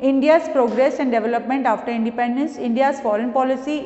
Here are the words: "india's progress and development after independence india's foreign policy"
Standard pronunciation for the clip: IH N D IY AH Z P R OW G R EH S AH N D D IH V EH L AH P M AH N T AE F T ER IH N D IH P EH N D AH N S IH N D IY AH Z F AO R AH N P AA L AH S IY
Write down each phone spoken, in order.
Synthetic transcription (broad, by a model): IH N D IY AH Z P R OW G R EH S AH N D D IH V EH L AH P M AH N T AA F T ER IH N D IH P EH N D AH N S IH N D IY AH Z F AO R AH N P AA L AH S IY